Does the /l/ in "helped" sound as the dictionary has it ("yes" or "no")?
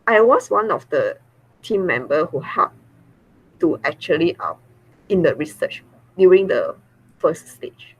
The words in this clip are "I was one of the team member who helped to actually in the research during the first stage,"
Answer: no